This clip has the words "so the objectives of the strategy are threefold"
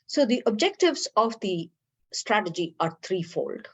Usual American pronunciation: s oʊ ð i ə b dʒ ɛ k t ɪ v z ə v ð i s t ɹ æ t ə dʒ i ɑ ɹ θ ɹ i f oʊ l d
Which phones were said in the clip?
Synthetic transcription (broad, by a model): s oʊ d i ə b dʒ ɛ k t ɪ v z ə v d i s t ɹ æ t ə dʒ i ɑ ɹ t ɹ i f oʊ l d